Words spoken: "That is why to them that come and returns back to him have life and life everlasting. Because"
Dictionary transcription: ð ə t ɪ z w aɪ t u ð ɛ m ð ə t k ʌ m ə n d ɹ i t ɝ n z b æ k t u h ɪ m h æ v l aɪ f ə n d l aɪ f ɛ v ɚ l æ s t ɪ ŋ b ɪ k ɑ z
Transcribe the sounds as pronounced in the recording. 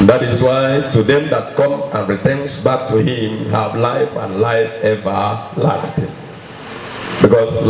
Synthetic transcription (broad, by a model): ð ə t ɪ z w aɪ t u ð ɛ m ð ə t k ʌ m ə n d ɹ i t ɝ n s b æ k t u h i m h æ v l aɪ f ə n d l aɪ f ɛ v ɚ l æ s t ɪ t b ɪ k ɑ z